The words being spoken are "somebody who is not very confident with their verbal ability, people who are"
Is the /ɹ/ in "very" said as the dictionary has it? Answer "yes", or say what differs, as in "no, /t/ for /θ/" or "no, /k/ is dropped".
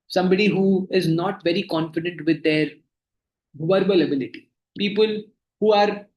yes